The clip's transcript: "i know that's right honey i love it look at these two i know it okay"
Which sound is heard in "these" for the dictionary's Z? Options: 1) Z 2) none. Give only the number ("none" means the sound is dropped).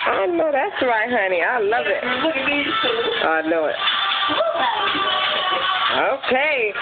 2